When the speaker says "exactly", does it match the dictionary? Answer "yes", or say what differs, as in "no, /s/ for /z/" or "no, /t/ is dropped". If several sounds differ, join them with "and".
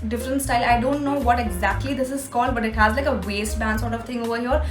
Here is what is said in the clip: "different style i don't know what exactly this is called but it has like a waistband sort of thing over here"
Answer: yes